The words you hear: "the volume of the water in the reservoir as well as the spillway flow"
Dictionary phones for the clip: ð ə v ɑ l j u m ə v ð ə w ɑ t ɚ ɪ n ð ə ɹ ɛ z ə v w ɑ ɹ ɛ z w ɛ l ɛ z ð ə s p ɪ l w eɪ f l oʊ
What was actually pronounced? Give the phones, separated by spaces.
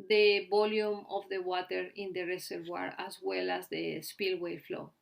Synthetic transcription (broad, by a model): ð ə b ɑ l j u m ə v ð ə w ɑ t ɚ ɪ n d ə ɹ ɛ s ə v w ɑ ɹ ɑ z w ɛ l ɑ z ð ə s p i l w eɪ f l oʊ